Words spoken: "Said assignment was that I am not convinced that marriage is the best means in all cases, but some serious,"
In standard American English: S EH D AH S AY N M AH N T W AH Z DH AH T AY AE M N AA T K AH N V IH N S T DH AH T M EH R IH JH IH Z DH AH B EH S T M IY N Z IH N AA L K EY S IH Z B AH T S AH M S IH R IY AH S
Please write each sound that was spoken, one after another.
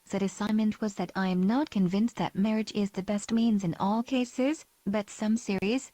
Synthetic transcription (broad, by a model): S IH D AH S AY N M AH N T W AH Z DH AH T AY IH M N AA T K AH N V IH N S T DH AH T M EH R IH JH IH Z DH AH B EH S T M IY N Z IH N AA L K EY S IH Z B AH T S AH M S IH R IY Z